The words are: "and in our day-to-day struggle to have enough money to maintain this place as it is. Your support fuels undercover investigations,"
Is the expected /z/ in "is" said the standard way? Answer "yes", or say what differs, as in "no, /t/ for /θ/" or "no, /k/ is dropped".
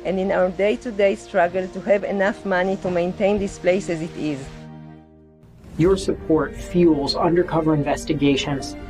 yes